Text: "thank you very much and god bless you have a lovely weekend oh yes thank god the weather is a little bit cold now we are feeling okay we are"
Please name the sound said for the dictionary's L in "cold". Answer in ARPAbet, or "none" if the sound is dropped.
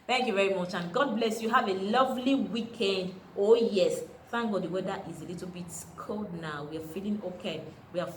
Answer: L